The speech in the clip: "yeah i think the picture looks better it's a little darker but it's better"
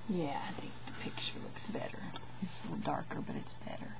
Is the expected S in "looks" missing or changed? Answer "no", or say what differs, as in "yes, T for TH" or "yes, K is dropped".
no